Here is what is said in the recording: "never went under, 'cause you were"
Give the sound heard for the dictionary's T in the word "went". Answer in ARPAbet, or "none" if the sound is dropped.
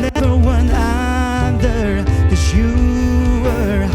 none